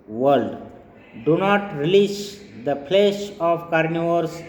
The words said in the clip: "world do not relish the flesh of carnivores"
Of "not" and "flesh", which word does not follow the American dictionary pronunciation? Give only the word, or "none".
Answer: flesh